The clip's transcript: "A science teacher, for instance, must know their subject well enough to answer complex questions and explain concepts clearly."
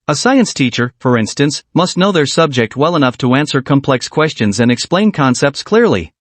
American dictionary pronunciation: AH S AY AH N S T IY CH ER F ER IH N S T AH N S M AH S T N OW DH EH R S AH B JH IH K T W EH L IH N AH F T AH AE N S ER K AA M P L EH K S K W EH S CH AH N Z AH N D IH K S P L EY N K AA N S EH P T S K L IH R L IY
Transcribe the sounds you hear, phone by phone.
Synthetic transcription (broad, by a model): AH S AY AH N S T IY CH ER F ER IH N S T AH N S M AH S T N OW DH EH R S AH B JH IH K T W EH L IH N AH F T AH AE N S ER K AA M P L EH K S K W EH S CH AH N Z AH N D IH K S P L EY N K AA N S EH P T S K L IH R L IY